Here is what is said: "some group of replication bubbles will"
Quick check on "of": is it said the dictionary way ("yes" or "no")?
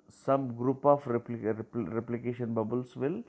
no